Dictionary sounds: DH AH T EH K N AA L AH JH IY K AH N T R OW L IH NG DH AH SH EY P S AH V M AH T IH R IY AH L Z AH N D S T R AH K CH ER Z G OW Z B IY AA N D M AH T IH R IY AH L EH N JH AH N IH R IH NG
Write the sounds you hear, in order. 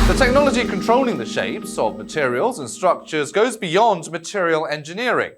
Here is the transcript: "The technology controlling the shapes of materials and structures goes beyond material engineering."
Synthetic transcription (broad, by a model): DH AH T EH K N AA L AH JH IY K AH N T R OW L IH NG DH AH SH EY P S AH V M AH T IH R IY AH L Z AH N S T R AH K CH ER Z G OW Z B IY AA N D M AH T IH R IY AH L EH N JH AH N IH R IH NG